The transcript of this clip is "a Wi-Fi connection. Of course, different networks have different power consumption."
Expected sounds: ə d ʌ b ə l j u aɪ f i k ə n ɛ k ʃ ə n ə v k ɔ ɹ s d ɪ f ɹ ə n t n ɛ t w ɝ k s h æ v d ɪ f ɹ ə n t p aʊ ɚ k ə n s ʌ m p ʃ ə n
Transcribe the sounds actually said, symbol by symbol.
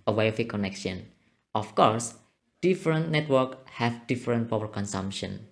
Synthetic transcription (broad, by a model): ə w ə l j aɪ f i k ə n ɛ k ʃ ə n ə f k ɔ ɹ s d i f ɹ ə n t n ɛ t w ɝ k h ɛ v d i f ɹ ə n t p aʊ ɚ k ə n s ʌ m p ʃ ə n